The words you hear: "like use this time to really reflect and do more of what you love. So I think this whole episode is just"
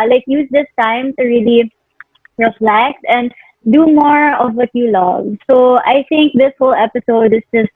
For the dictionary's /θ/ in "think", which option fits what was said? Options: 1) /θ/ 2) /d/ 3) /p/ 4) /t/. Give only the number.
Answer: 4